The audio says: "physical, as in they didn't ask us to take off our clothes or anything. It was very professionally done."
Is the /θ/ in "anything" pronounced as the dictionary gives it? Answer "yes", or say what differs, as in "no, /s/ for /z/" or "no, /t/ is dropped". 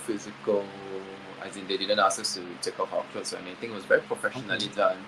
no, /t/ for /θ/